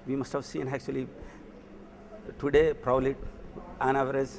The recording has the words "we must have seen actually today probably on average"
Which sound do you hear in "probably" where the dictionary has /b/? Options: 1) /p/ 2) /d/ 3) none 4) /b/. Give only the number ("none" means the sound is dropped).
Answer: 3